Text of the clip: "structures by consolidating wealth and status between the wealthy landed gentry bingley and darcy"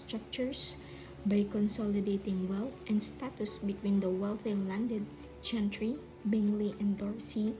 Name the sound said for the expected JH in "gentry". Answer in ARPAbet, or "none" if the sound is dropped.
CH